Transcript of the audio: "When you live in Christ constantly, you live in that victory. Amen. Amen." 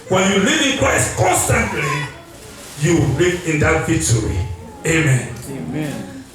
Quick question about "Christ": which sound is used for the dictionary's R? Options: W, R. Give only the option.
W